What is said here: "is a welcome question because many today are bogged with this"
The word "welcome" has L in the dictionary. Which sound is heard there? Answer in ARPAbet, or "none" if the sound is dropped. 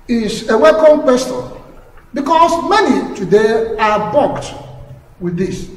none